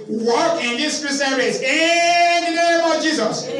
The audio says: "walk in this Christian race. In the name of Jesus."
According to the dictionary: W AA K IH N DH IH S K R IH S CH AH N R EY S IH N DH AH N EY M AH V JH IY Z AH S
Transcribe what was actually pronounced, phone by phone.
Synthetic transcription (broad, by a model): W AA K IH N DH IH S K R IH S AH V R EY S IH N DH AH N EY M AH V JH IY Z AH S